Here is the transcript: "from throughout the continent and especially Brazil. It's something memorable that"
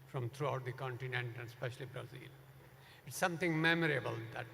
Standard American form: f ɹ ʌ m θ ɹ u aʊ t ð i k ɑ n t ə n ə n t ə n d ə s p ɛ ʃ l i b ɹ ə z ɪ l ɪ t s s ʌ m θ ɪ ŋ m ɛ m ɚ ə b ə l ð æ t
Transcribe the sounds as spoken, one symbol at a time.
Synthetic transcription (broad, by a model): f ɹ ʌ m t ɹ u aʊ t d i k ɑ n t ə n ə n t ə n d s p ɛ ʃ l i b ɹ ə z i l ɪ t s s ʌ m t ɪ ŋ m ɛ m ɚ ə b ə l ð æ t